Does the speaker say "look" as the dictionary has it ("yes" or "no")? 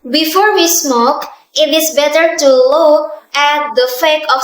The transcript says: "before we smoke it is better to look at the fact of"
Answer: no